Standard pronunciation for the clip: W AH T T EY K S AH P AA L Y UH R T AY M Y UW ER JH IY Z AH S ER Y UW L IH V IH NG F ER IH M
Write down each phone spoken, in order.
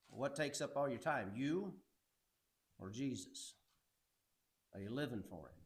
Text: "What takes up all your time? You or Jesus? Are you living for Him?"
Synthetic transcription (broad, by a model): W AH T T EY K S AH P AA L Y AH R T AY M Y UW ER JH IY Z AH S ER Y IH L IH V IH NG F ER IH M